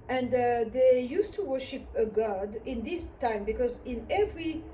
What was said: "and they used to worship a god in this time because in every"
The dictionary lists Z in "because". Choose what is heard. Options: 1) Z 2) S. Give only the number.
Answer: 1